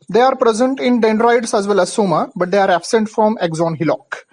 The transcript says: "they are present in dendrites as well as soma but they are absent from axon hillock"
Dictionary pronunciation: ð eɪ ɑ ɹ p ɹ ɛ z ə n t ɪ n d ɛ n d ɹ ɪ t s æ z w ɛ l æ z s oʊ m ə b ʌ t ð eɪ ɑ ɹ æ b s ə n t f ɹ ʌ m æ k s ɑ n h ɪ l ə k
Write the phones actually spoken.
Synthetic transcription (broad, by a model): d eɪ ɑ ɹ p ɹ ɛ z ə n t ɪ n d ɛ n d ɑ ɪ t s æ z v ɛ l æ z s oʊ m ə b ʌ t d eɪ ɑ ɹ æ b s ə n t f ɹ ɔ m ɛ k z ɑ n h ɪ l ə k